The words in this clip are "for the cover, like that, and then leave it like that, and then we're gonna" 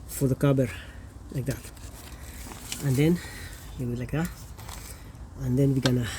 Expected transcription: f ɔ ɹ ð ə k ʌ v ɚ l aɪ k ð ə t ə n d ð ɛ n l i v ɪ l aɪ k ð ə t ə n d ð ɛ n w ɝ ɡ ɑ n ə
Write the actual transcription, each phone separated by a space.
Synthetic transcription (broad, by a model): f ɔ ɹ ð ə k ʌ b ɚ l aɪ k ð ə t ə n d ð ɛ n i w ɪ l aɪ k ð ə t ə n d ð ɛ n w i ɡ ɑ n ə